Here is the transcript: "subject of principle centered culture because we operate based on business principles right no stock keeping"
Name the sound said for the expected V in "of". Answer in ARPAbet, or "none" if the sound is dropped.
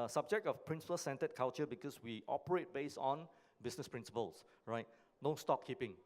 F